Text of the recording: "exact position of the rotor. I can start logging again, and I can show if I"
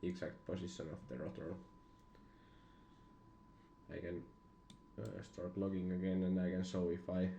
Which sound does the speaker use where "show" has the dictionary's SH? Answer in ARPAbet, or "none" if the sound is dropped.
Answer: S